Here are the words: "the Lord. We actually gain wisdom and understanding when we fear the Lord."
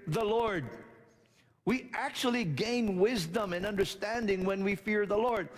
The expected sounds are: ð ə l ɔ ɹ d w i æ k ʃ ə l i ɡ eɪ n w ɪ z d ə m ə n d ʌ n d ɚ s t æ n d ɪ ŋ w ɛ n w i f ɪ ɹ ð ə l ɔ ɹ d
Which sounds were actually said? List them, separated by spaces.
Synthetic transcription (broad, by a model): ð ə l ɔ ɹ d w i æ k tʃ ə l i ɡ eɪ n w ɪ z d ə m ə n ʌ n d ɚ s t æ n d ɪ ŋ w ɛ n w i f ɪ ɹ ð ə l ɔ ɹ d